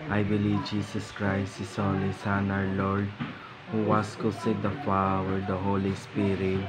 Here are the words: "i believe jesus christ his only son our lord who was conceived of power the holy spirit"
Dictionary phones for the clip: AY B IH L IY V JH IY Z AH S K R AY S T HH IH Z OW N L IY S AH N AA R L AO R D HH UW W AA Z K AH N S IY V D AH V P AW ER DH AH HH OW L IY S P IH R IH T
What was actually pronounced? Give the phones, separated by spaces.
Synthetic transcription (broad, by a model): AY B IH L IY V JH IY S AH S K R AY S T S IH S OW L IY S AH N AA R L AO R D HH UW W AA S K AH S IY D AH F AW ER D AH HH OW L IY S P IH R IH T